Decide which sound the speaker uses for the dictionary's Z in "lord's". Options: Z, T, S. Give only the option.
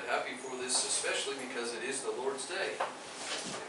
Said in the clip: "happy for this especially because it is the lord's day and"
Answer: Z